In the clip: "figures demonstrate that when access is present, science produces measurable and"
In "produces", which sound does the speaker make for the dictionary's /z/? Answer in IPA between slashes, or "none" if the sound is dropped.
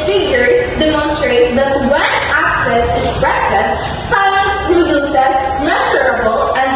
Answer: /s/